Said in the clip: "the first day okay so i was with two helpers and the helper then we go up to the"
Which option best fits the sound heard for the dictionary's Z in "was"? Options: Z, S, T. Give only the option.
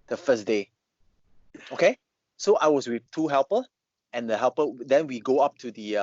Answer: S